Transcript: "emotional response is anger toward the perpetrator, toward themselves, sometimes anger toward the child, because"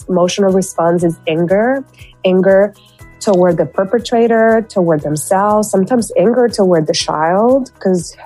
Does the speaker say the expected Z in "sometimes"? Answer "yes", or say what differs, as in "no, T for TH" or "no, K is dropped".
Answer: yes